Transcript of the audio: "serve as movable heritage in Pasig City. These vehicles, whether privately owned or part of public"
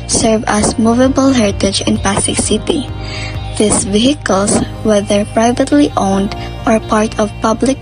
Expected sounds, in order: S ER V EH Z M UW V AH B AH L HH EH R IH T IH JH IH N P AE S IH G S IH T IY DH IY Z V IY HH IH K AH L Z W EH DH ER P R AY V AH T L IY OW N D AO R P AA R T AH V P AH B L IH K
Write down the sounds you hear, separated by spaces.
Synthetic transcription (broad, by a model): S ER V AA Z M UW V AH B AH L HH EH R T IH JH IH N P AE S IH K S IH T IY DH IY S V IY HH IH K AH L S W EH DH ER P R AY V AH T L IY OW N D AO R P AA R T AH V P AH B L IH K